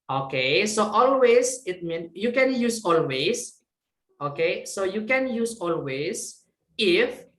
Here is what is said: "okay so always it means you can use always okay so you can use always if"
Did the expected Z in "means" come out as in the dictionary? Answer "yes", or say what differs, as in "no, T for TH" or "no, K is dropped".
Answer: no, Z is dropped